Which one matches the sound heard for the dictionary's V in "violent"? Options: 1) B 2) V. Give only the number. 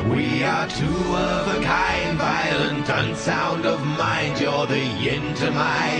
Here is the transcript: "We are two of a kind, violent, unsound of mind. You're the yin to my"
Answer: 2